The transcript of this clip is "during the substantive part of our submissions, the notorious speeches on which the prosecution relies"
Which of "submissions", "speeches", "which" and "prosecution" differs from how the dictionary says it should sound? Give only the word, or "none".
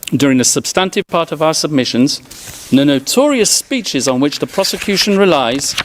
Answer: none